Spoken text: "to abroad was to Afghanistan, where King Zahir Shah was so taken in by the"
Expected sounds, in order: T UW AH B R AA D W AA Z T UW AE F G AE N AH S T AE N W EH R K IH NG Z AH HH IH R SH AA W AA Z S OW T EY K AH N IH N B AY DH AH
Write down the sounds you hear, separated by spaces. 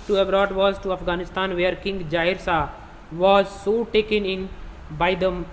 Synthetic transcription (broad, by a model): T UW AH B R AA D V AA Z T UW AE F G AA N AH S T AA N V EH R K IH NG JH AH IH R S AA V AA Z S OW T EY K AH N IH N B AY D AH